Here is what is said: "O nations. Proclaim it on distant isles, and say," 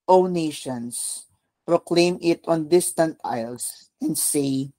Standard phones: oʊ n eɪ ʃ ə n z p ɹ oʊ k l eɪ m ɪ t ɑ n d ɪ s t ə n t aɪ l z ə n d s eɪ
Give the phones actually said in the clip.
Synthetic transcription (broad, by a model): oʊ n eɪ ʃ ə n s p ɹ oʊ k l eɪ m ɪ t ɑ n d ɪ s t ə n t aɪ l s ə n d s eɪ